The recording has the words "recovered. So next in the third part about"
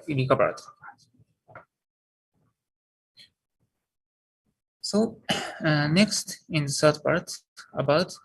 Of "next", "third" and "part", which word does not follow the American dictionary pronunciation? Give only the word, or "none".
third